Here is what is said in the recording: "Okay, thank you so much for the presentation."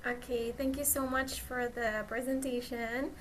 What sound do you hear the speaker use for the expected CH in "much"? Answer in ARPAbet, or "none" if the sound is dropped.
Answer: CH